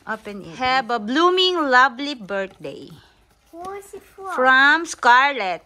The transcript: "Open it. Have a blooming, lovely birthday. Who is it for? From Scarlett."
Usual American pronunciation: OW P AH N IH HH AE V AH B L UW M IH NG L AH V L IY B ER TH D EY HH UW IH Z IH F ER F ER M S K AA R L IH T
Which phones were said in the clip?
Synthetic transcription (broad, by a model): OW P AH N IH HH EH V AH B L UW M IH NG L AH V L IY B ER T D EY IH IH F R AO M S K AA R L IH T